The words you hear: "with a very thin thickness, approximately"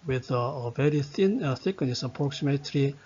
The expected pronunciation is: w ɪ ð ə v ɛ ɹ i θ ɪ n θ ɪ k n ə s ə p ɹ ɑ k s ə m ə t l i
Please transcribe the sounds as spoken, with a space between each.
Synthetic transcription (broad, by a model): w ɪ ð ə v ɛ ɹ i θ ɪ n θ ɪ k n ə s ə p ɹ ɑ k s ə m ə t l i